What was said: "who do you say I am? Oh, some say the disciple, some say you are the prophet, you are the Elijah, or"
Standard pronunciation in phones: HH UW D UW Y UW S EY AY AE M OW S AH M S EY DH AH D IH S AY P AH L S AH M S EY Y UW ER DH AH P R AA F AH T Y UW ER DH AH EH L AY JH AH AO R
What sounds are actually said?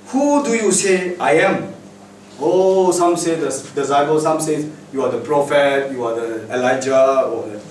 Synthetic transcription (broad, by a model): HH UW D UW Y UW S EY AY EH M OW S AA M S EY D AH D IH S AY B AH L S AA M S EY Y UW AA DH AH P R AA F AH T Y UW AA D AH EH L AY JH AH AO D